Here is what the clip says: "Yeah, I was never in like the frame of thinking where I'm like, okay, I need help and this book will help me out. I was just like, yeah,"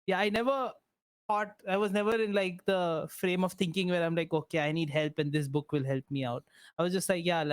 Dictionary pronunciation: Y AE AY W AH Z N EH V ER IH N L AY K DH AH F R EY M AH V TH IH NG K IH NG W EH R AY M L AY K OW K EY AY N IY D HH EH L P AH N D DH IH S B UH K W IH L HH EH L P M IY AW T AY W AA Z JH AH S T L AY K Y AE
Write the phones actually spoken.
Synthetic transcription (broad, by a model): Y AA AY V AH Z N EH V ER IH N L AY K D AH F R EY M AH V T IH NG K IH NG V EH R AY M L AY K OW K EY AY N IY D HH EH L P AH N D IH S B UH K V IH L HH EH L P M IY AW T AY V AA Z JH AH S T L AY K Y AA